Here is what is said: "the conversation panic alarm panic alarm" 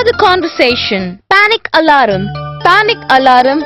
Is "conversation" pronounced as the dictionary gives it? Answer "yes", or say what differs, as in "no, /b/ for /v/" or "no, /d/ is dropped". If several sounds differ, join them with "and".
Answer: yes